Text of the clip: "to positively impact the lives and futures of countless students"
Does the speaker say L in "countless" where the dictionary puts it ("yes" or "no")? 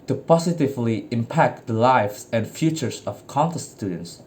no